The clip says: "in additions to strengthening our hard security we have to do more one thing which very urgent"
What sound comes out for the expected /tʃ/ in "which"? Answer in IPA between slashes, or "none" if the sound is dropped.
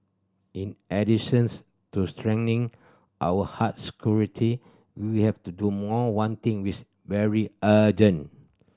/s/